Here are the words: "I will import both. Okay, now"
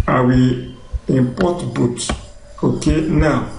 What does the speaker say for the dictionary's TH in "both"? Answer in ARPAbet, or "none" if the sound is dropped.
T